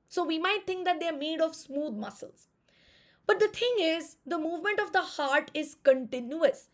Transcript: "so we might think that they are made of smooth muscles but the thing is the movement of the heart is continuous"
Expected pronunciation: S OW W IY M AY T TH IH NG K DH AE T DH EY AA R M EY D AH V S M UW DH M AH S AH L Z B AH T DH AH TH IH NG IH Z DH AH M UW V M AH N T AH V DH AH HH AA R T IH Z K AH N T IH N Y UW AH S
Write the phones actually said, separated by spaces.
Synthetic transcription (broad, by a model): S OW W IY M AY T T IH NG K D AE T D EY R M EY D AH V S M UW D M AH S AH L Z B AH T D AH T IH NG IH Z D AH M UW V M AH N T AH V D AH HH AA R T IH Z K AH N T IH N Y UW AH S